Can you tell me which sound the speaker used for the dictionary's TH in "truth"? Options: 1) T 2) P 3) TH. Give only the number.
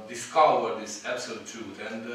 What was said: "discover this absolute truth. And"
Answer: 1